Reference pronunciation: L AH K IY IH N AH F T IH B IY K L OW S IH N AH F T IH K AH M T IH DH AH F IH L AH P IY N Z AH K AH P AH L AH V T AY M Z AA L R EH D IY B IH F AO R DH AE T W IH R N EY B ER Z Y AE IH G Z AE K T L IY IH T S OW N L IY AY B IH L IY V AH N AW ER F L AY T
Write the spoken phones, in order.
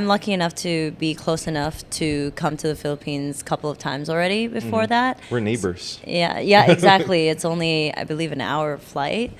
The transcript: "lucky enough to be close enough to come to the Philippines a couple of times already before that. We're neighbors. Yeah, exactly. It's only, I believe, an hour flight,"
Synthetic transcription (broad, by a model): L AH K IY IH N AH F T IH B IY K L OW S IH N AH F T IH K AH M T IH DH AH F IH L AH P IY N Z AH K AH P L AH V T AY M Z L R EH D IY B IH F AO R DH AE T W IH R N EY B ER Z Y AE IH G Z AE K T L IY IH T S OW N L IY AY B IH L IY V AH N AW ER F L AY T